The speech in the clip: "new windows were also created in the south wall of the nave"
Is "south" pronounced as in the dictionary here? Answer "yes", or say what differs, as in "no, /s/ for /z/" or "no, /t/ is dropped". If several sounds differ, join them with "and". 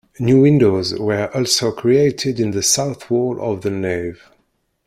yes